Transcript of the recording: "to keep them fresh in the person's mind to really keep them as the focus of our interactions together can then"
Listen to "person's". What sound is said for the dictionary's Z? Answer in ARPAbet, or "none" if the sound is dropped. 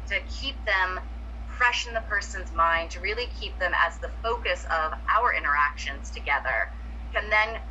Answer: Z